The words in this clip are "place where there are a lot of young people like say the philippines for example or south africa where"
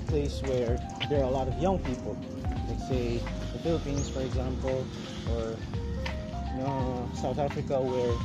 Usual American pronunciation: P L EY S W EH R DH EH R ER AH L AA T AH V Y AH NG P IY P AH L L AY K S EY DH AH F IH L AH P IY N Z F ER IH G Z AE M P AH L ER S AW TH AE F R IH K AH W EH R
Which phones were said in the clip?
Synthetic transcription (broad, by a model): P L EY S W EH R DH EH R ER AH L AA T AH V Y AH NG P IY P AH L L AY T S EY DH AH F IH L AH P IY N Z F ER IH G Z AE M P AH L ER S AW TH AE F R IH K AH W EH R